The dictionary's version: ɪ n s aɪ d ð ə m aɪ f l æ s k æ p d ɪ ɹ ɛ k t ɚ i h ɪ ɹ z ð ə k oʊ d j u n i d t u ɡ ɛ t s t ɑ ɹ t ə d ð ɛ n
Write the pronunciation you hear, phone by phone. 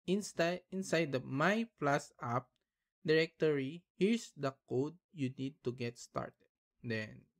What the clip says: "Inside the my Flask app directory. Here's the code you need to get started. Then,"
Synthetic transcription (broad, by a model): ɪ n s aɪ d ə m aɪ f l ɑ s ɑ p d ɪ ɹ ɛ k t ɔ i h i ɹ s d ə k oʊ d j u n i d t u ɡ ɛ t s t ɑ ɹ t ə d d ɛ n